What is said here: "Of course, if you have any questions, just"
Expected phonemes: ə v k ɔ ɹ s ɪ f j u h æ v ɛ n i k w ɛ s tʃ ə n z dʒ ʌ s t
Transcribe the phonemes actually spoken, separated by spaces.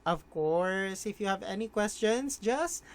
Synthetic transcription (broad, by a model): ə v k ɔ ɹ s ɪ f j u h æ v ɛ n i k w ɛ s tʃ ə n s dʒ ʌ s t